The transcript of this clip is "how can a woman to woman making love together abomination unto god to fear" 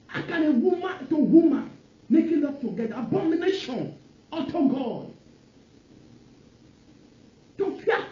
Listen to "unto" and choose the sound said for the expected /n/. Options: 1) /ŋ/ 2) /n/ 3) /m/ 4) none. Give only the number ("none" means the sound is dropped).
4